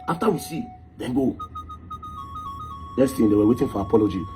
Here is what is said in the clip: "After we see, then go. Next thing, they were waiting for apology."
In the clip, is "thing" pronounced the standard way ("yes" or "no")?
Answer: no